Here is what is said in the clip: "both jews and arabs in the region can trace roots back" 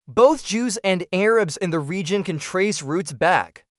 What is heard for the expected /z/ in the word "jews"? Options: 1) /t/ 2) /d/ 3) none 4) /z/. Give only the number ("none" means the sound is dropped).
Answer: 4